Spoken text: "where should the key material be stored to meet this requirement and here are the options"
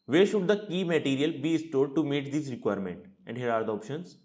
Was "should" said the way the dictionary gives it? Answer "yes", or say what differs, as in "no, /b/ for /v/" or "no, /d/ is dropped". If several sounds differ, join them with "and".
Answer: yes